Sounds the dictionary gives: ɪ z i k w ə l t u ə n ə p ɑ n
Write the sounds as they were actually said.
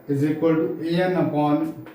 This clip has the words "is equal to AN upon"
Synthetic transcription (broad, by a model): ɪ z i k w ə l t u ə n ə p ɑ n